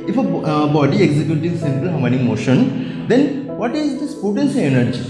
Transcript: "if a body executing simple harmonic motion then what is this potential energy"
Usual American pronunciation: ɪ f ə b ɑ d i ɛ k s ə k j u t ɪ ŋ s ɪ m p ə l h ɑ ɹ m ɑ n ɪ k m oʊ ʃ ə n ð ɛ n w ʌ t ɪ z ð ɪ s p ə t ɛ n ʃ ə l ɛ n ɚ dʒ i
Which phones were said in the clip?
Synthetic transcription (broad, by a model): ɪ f ə b ɑ d i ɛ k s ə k j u t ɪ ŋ s ɪ m p ə l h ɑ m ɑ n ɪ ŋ m oʊ ʃ ə n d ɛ n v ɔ t ɪ z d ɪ s p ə t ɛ n s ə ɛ n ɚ dʒ i